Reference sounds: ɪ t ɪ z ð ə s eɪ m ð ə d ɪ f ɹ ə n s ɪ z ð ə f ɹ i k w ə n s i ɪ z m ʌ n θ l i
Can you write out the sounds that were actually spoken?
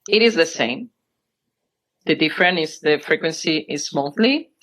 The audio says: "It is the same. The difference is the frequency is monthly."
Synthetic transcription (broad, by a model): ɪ t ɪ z ð ə s eɪ m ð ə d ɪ f ɹ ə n ɪ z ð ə f ɹ i k w ə n s i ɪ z m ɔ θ l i